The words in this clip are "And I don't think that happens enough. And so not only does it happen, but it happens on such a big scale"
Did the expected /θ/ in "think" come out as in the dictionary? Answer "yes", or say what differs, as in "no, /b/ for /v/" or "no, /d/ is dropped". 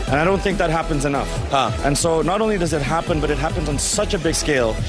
yes